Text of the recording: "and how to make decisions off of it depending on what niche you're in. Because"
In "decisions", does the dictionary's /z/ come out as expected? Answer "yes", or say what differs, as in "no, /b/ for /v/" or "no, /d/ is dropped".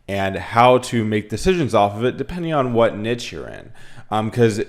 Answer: yes